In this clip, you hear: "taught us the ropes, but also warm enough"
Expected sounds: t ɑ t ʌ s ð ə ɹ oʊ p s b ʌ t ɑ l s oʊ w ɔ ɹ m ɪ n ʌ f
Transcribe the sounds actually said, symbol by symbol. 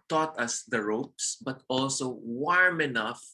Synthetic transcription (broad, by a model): t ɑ t ʌ s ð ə ɹ oʊ p s b ʌ t ɑ l s oʊ w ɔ ɹ m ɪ n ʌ f